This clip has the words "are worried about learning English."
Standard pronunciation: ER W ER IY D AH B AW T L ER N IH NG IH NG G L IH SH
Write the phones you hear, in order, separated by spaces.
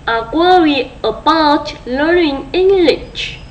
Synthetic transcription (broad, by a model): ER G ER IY AH B AW T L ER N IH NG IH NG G L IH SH